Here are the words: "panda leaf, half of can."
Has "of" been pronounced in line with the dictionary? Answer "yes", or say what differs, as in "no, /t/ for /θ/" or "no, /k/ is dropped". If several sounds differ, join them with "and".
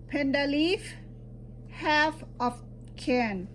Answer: no, /f/ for /v/